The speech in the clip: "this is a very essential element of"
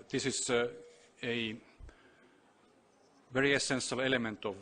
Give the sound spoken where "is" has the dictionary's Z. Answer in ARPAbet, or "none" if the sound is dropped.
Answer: S